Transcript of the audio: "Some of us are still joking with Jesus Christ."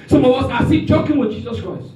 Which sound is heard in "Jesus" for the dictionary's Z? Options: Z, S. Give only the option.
Z